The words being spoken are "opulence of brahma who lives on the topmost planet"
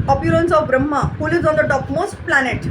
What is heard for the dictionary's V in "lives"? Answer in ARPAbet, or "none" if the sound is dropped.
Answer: none